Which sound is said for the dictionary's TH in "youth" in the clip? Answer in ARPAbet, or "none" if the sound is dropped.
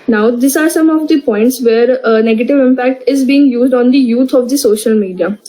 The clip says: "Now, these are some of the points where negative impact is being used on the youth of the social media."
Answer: T